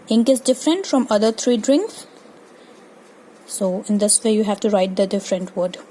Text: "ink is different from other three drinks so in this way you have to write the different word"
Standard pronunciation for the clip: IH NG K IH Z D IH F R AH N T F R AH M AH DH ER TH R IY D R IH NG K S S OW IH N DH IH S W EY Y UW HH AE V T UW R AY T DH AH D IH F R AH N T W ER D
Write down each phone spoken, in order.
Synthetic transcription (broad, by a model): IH NG K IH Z D IH F R AH N T F R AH M AH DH ER T R IY D R IH NG K S S OW IH N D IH S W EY Y UW HH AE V T UW R AY T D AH D IH F R AH N T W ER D